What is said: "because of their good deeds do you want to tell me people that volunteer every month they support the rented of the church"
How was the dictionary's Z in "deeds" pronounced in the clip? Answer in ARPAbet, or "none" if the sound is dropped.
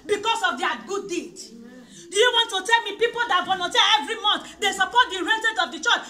none